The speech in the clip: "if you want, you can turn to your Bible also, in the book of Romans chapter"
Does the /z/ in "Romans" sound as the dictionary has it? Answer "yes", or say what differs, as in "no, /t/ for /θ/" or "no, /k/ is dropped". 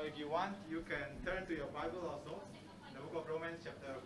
no, /s/ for /z/